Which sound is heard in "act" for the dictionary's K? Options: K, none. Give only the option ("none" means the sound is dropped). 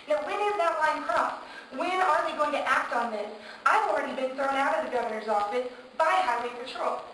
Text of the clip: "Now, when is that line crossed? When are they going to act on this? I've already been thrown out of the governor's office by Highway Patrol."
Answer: K